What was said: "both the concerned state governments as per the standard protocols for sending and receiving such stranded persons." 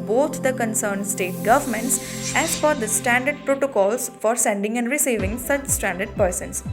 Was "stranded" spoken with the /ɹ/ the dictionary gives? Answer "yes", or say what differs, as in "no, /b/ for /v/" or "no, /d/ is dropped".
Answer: no, /ɹ/ is dropped